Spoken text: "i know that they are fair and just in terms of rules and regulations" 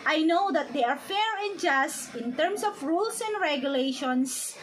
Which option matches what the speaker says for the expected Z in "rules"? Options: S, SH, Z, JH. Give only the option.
S